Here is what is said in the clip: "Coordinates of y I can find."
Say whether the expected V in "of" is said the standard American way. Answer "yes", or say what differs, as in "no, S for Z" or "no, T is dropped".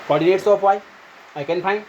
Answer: no, P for V